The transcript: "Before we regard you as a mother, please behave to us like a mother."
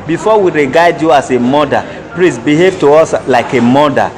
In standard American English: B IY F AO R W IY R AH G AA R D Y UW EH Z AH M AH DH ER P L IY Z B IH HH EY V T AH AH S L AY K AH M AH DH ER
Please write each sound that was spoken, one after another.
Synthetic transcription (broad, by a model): B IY F AO W IY R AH G AA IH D Y UW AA S AH M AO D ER P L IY S B IH HH EY V T AH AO S L AY K AH M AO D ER